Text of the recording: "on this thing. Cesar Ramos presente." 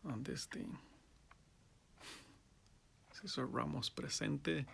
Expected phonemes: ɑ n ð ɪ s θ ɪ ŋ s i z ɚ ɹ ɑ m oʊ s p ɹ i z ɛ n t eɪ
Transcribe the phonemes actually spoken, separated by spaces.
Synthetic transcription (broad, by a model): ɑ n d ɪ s t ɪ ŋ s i s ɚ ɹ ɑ m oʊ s p ɹ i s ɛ n t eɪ